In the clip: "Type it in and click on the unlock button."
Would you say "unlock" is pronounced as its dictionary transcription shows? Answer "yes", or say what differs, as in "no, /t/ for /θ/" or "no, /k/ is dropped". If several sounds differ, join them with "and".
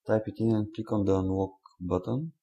no, /w/ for /l/